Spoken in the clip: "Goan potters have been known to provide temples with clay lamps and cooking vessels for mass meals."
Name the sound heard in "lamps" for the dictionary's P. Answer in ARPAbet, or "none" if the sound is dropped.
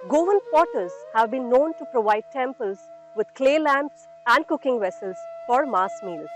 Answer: P